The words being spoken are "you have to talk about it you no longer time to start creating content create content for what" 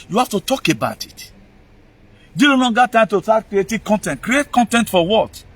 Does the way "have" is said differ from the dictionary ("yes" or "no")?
yes